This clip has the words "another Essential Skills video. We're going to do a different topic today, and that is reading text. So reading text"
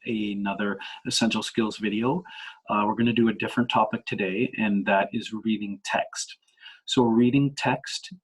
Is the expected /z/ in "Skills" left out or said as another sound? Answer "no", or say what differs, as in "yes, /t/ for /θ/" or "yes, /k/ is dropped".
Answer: no